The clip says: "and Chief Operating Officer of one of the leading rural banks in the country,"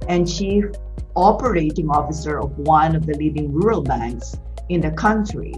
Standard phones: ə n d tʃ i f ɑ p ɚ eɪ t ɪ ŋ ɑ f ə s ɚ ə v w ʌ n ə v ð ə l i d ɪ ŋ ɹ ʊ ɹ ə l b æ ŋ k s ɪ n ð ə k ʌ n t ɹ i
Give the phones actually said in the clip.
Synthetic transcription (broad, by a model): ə n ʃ i ɑ p ɚ eɪ t ɪ ŋ ɑ f ə s ɚ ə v w ʌ n ə v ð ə l i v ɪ ŋ ɹ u ɹ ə l b æ ŋ k s ɪ n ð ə k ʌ n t ɹ i